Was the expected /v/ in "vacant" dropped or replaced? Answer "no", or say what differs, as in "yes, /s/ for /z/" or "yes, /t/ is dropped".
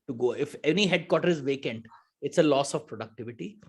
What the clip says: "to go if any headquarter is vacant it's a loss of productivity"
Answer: no